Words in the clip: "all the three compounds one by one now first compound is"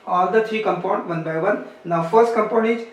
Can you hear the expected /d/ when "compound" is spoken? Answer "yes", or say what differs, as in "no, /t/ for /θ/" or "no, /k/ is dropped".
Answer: no, /d/ is dropped